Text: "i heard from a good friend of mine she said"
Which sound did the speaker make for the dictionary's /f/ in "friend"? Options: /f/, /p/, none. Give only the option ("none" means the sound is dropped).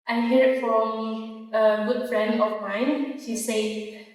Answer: /f/